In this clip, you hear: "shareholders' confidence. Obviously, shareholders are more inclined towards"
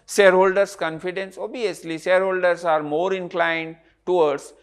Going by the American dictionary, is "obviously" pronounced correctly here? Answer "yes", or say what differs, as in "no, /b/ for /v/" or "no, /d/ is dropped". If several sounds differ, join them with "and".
no, /v/ is dropped